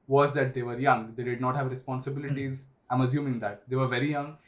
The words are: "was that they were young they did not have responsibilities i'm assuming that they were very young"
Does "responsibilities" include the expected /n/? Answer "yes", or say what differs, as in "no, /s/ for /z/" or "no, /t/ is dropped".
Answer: yes